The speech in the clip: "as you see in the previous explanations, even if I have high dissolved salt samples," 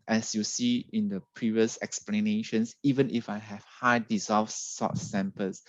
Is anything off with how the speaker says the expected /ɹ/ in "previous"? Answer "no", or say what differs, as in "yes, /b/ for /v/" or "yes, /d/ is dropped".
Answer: no